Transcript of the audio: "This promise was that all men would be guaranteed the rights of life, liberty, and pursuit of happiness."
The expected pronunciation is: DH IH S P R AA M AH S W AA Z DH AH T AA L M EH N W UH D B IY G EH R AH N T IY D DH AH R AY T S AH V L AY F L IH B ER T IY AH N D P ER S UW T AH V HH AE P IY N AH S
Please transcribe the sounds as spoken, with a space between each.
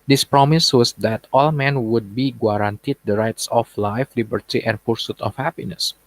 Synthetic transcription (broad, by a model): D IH S P R AA M AH S W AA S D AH T AA L M EH N W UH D B IY G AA R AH N T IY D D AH R AY T S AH F L AY F L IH B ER T IY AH N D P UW S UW T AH F HH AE P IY N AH S